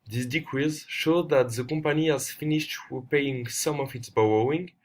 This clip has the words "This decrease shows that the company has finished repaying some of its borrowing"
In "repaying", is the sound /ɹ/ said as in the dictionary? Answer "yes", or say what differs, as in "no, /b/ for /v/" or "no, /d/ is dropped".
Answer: no, /w/ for /ɹ/